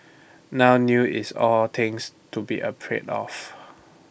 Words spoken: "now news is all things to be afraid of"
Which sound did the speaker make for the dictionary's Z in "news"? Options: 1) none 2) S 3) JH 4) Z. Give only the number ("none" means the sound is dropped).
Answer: 1